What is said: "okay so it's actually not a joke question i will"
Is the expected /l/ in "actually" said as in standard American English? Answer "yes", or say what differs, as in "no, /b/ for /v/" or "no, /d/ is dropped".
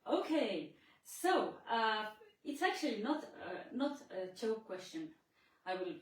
no, /n/ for /l/